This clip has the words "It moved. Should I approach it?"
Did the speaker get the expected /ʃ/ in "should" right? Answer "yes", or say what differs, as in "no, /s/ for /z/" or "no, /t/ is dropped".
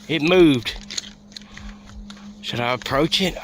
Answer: no, /s/ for /ʃ/